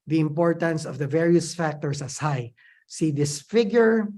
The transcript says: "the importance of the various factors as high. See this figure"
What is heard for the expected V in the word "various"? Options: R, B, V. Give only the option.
V